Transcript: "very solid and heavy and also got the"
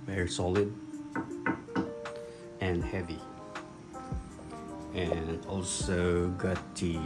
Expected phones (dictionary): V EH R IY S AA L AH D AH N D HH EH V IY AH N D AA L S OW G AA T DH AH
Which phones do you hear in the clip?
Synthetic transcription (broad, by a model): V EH R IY S AA L AH D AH N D HH EH V IY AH N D AA L S OW G AA T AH